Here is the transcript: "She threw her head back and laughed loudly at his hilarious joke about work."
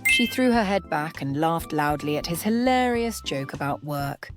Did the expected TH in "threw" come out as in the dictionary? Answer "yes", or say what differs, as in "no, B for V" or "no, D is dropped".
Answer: yes